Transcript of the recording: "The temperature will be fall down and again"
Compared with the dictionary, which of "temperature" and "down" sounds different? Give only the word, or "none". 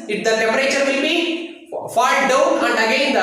temperature